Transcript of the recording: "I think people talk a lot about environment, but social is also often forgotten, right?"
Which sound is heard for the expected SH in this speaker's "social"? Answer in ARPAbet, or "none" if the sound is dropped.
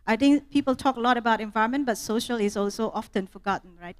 SH